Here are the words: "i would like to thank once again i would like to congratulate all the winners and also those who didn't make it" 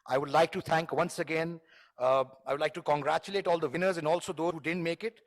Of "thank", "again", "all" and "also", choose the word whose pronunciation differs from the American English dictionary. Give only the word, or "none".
thank